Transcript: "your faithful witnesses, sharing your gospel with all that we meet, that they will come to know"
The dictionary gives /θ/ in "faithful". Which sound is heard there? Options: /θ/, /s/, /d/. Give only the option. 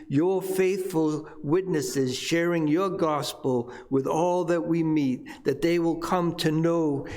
/θ/